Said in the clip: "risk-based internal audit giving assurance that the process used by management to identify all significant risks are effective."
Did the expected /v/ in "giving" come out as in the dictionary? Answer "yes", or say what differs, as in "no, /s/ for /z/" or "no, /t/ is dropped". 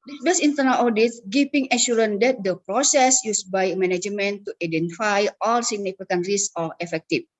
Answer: no, /p/ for /v/